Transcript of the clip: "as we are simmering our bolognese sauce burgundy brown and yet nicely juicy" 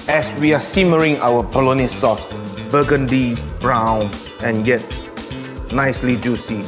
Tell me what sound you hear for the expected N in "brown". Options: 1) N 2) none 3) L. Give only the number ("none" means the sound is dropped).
1